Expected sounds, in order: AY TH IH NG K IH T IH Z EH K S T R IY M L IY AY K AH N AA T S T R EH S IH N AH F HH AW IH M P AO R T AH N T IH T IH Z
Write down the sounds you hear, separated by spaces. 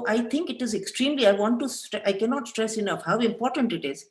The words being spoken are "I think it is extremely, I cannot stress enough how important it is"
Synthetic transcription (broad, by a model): AY T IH NG K IH T IH Z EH K S T R IY M L IY AY K AH N AA T S T R EH S IH N AH F HH AW IH M P AO R T AH N T IH T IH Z